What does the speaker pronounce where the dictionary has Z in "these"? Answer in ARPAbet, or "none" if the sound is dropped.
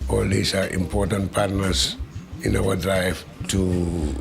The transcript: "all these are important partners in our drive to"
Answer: S